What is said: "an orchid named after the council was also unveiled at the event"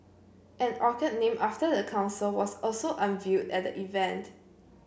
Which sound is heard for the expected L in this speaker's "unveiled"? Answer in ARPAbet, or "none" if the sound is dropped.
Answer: none